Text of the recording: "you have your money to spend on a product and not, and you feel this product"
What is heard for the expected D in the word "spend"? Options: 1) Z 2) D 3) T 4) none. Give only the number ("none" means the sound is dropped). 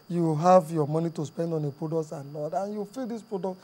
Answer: 2